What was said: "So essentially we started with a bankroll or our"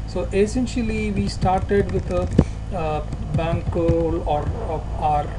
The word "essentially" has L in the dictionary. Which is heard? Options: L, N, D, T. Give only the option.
L